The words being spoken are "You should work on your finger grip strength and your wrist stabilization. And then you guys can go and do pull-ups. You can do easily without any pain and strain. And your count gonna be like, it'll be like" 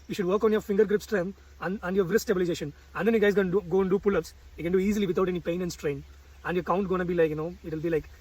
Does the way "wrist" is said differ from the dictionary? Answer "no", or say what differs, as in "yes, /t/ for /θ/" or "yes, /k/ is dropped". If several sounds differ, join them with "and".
yes, /s/ is dropped